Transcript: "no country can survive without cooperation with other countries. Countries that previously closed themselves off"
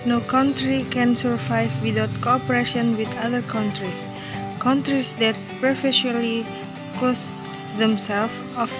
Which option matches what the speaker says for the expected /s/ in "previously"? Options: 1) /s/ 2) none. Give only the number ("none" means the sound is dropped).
2